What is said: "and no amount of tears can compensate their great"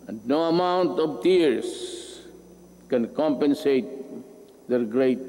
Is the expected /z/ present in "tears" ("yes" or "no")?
no